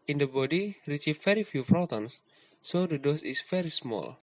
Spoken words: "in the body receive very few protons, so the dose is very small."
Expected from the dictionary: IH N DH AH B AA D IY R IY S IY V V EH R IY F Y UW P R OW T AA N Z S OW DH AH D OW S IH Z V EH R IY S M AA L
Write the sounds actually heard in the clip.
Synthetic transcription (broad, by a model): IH N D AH B AA D IY R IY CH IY F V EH R IY F Y UW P R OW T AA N S OW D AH D OW S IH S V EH R IY S M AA L